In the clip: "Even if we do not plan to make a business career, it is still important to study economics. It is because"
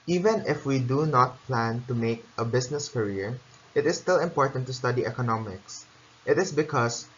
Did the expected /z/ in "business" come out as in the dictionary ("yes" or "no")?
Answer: no